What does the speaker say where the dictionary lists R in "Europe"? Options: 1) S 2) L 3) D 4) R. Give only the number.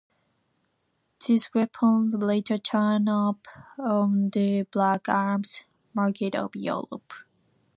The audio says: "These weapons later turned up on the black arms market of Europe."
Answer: 2